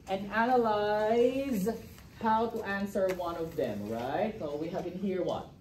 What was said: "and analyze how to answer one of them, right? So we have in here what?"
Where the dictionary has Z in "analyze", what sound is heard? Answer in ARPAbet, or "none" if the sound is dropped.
Z